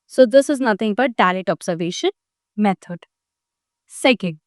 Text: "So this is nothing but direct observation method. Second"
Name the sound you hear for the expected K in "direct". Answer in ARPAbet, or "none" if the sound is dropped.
none